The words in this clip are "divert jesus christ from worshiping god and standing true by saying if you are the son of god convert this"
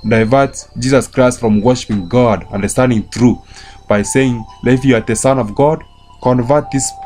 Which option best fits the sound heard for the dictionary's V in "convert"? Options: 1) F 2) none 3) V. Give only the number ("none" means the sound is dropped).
3